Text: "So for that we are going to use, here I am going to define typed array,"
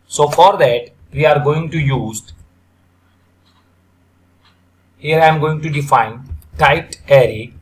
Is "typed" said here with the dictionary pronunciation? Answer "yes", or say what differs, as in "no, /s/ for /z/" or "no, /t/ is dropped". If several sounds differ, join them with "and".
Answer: no, /p/ is dropped